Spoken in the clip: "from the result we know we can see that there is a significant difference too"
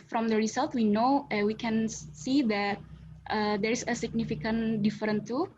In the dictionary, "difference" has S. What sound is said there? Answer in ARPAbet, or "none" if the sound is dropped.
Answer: none